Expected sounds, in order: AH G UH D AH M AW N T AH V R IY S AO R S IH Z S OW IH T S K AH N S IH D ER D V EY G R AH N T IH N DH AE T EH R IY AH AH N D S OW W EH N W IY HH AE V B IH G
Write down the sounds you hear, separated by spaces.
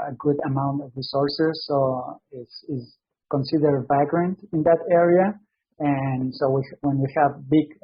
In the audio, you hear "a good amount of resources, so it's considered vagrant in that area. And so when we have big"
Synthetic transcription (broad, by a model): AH G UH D AH M AW N T AH V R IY S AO R S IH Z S OW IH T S K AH N S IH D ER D V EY G R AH N T IH N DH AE T EH R IY AH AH N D S OW W EH N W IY HH AE V B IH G